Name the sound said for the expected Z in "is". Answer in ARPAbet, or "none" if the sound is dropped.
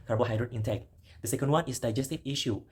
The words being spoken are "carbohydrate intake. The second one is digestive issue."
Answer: S